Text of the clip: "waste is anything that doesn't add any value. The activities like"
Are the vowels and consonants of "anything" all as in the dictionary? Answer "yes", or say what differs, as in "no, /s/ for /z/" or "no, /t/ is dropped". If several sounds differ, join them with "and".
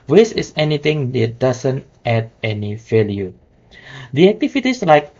no, /t/ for /θ/